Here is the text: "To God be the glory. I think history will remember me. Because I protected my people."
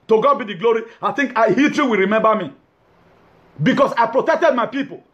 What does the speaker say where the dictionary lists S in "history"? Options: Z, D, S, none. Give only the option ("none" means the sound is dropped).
none